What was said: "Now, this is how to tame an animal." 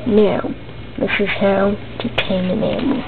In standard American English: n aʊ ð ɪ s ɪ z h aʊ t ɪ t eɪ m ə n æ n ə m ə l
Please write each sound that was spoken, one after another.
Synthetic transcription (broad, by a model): n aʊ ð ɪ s ɪ z h aʊ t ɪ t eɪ ə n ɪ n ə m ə